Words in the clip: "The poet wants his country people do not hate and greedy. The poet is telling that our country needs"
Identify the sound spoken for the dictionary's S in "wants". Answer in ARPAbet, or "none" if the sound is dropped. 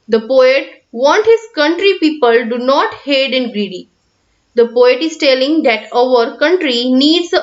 none